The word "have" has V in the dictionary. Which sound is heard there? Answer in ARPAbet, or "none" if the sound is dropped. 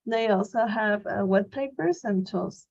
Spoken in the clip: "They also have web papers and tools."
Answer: V